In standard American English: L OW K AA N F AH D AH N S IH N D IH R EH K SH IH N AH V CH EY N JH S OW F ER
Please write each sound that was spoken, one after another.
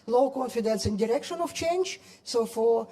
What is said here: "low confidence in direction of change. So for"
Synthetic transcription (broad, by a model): L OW K AA N F AH D AH N S IH N D IH R EH K SH IH N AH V CH EY N JH S OW F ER